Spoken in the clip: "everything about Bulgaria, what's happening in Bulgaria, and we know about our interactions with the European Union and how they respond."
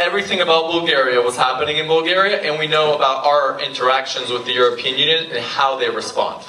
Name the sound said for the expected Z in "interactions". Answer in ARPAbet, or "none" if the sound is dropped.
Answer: Z